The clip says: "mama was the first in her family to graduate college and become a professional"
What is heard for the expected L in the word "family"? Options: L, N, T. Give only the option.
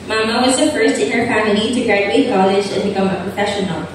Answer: N